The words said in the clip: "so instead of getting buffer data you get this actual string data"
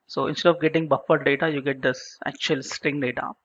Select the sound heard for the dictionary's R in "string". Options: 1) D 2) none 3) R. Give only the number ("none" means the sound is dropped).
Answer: 3